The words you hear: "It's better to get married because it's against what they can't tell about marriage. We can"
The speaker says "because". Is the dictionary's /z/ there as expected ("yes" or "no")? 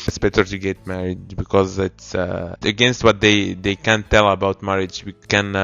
yes